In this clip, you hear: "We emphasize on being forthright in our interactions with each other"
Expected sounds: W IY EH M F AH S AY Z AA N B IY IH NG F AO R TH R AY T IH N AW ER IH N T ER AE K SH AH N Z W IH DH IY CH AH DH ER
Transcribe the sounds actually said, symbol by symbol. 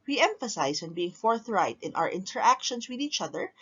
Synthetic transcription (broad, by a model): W IY EH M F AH S AY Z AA N B IY IH NG F AO R TH R AY T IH N AW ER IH N T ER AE K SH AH N S W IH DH IY CH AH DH ER